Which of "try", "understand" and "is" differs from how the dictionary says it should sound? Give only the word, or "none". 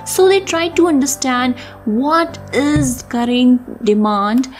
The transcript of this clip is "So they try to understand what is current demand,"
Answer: none